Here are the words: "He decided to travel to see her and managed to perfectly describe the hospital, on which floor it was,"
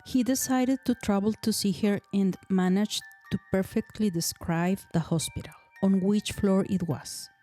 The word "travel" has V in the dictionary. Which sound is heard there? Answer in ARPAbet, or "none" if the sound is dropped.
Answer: B